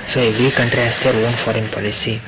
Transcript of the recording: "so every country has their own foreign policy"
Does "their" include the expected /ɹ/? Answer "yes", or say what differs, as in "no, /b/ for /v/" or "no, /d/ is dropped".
no, /l/ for /ɹ/